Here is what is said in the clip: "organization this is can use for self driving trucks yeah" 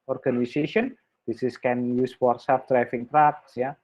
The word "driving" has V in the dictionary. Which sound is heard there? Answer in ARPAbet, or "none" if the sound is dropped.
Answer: F